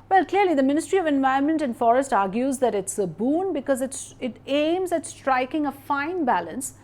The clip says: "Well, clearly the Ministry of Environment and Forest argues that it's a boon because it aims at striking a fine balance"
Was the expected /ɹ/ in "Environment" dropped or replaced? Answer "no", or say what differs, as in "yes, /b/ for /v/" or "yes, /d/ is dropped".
yes, /ɹ/ is dropped